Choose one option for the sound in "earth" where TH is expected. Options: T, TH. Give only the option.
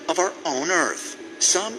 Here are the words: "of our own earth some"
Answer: TH